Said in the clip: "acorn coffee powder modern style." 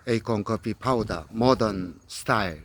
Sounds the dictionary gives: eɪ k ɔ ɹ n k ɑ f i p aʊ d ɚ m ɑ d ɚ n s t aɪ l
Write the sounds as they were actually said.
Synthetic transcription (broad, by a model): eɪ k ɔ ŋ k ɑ p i p aʊ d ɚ m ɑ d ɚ n s t aɪ l